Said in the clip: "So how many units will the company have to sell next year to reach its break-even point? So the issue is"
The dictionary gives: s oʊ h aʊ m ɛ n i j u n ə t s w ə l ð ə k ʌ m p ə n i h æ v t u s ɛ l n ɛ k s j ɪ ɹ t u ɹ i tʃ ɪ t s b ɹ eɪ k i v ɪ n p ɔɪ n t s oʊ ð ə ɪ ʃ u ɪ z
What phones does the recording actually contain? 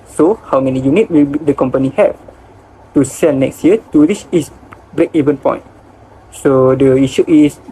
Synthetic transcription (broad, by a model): s oʊ h aʊ m ɛ n i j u n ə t w ə l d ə k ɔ m p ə n i h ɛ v t u s ɛ n ɛ k s j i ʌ t u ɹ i s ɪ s b ɹ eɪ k i v ɪ n p ɔɪ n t s oʊ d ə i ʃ u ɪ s